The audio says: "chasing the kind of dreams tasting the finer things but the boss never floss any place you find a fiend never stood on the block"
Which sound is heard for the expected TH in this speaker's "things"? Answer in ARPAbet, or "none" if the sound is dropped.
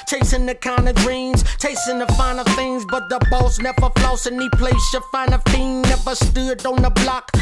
TH